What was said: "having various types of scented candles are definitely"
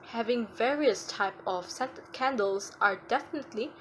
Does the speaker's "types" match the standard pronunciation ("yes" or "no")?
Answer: no